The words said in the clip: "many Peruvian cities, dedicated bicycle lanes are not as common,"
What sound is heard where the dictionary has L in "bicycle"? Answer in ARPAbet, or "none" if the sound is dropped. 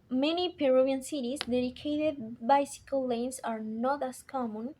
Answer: L